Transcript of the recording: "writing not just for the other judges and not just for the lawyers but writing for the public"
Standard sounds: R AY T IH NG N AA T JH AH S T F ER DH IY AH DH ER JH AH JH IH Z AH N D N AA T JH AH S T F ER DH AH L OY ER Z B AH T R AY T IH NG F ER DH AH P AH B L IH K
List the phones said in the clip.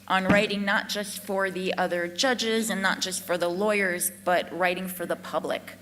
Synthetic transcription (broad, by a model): R AY T IH NG N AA T JH AH S T F ER DH IY AH DH ER JH AH JH IH Z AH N N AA T JH AH S T F ER DH AH L OY ER Z B AH T R AY T IH NG F ER DH AH P AH B L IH K